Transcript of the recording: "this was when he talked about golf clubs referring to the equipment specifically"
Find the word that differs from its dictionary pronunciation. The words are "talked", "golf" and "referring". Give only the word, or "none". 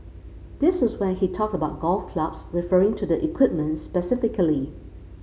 none